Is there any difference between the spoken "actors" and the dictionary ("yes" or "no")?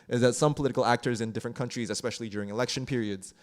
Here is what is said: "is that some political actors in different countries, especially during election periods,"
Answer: no